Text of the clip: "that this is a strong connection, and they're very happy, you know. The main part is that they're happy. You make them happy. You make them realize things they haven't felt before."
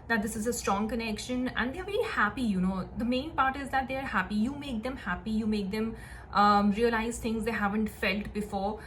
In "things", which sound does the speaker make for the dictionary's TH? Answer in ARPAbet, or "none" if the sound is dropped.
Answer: T